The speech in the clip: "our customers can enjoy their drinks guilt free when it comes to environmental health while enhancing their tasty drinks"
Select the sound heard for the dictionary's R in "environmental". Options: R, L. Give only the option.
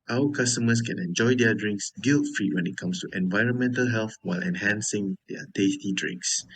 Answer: R